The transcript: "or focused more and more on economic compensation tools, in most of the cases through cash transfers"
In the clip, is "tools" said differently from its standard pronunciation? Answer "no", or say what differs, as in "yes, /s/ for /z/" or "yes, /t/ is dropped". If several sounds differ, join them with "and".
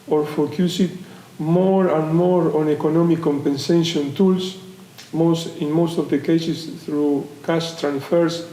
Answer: yes, /s/ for /z/